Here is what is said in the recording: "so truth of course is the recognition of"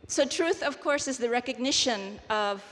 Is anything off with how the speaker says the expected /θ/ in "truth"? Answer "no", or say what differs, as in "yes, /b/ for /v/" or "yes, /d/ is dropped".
no